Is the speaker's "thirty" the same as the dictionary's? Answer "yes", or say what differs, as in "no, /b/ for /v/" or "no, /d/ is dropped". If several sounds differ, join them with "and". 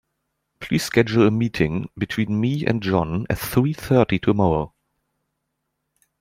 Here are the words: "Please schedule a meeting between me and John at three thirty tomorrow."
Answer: yes